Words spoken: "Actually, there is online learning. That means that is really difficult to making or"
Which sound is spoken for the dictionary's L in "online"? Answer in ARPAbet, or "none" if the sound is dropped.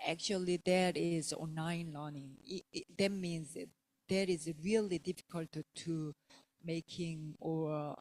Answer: none